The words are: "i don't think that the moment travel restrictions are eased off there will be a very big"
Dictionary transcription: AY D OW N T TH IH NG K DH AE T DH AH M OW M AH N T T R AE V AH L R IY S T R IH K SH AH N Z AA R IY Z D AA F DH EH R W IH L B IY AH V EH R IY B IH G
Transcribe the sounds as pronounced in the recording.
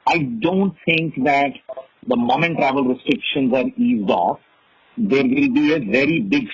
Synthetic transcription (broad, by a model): AY D OW N T T IH NG K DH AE T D AH M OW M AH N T T R AE V AH L R IY S T R IH K SH AH N Z AA R IY Z D AA F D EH R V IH L B IY AH V EH R IY B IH G